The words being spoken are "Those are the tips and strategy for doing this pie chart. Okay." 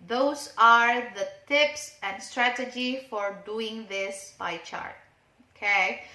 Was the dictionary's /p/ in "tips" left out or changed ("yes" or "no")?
no